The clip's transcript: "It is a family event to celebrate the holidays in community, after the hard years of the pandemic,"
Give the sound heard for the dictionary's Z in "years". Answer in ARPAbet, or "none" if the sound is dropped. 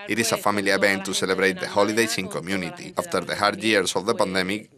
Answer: S